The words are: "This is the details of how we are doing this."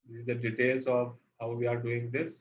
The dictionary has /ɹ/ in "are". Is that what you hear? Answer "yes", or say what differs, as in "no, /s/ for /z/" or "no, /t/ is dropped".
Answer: yes